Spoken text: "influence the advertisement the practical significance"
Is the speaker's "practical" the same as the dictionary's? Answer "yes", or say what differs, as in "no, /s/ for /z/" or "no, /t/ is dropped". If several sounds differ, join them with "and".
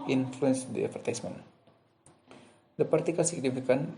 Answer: no, /ɹ/ is dropped